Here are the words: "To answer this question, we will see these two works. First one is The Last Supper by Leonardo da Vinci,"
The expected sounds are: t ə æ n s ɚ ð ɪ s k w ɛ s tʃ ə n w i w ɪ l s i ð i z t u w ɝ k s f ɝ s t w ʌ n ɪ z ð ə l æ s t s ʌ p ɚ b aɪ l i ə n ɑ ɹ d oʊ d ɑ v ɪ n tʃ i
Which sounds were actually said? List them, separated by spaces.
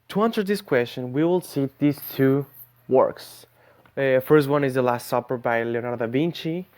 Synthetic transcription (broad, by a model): t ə æ n s ɚ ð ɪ s k w ɛ s tʃ ə n w i w ɪ l s i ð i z t u w ɝ k s f ɝ s t w ʌ n ɪ z ð ə l æ s t s ʌ p ɚ b aɪ l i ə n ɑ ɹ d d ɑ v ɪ n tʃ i